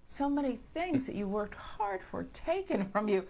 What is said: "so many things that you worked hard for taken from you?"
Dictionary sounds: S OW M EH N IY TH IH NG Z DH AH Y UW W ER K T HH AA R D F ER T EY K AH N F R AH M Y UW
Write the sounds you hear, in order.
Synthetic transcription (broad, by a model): S OW M EH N IY TH IH NG Z DH AH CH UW W ER K T HH AA R D F ER T EY K AH N F R AH M Y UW